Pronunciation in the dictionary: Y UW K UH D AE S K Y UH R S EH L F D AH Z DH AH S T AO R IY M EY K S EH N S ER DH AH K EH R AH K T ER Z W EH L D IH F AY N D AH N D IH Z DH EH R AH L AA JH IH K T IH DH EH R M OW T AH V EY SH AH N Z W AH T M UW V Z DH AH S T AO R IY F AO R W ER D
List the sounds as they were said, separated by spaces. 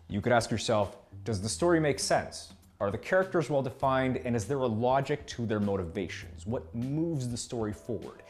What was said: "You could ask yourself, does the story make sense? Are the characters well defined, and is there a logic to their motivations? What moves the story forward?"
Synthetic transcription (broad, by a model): Y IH K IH D AE S K Y UH R S EH L F D AH Z DH AH S T AO R IY M EY K S EH N S ER DH AH K EH R AH K T ER Z W EH L D IH F AY N D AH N IH Z DH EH R AH L AA JH IH K T IH DH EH R M OW T AH V EY SH AH N Z W AH T M UW V Z DH AH S T AO R IY F AO R W ER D